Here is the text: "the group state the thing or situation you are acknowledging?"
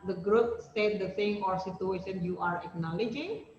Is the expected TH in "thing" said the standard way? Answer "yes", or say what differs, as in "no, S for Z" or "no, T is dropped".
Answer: no, S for TH